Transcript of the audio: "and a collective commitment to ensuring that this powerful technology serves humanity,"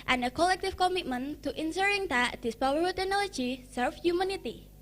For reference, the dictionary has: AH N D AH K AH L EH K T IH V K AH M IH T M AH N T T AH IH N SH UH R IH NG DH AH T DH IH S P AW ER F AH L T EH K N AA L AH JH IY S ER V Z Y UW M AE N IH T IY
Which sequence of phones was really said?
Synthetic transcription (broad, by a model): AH N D AH K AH L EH K T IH F K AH M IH T M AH N T T AH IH N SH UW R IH NG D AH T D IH S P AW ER AH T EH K N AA L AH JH IY S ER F Y UW M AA N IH T IY